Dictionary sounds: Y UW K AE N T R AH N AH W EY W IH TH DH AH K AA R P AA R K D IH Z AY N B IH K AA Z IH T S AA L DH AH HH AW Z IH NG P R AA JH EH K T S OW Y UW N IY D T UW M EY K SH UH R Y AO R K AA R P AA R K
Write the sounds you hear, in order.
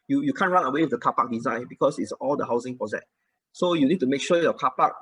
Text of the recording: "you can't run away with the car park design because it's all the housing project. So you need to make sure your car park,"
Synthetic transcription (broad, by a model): Y UW K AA N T R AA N AH W EY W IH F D AH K AA P AA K D IH Z AY N B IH K AA S IH T S AA L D AH HH AW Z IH NG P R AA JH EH T S OW Y UW N IY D T UW M EY K SH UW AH Y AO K AA P AA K